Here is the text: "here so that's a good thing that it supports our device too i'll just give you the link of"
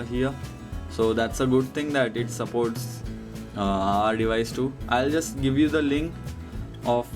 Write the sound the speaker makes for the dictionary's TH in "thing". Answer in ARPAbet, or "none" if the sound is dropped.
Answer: T